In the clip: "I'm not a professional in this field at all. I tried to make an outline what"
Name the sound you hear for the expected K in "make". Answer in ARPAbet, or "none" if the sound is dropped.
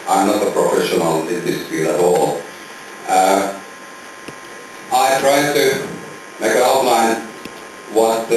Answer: none